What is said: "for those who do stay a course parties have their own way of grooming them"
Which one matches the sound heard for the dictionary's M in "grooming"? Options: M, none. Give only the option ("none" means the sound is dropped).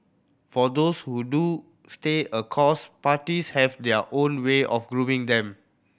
none